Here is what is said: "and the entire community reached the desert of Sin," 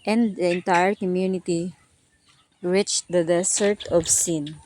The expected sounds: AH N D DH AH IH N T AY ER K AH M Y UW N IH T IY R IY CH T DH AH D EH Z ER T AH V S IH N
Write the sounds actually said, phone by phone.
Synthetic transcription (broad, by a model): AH N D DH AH IH N T AY ER K AH M Y UW N IH T IY R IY CH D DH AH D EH S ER T AH V S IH N